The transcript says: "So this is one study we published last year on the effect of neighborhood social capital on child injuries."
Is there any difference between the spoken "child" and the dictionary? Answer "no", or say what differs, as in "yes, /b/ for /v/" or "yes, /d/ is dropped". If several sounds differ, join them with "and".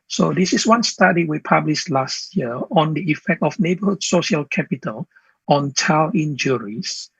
yes, /d/ is dropped